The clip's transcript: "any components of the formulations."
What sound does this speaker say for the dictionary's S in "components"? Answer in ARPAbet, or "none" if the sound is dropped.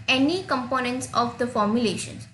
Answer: S